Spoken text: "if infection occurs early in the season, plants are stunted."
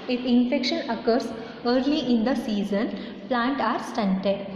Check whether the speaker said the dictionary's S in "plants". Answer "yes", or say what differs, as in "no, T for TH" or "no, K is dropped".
no, S is dropped